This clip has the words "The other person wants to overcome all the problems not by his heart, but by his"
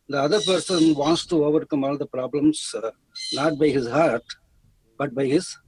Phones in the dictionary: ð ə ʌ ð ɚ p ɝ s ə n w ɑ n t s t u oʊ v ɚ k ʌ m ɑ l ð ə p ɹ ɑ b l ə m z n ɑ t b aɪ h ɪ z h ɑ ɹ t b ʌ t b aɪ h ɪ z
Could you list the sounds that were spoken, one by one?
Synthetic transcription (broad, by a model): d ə ʌ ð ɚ p ɝ s ə n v ɑ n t s t u oʊ v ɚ k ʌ m ɑ l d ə p ɹ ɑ b l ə m s n ɑ t b aɪ h ɪ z h ɑ ɹ t b ʌ t b aɪ h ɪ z